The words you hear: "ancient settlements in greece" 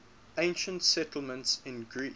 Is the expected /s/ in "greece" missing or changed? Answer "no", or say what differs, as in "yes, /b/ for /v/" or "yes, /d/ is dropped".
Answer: yes, /s/ is dropped